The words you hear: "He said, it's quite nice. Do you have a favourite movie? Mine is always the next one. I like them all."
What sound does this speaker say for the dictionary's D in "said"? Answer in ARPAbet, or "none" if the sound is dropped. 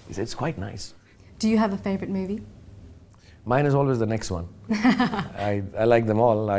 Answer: none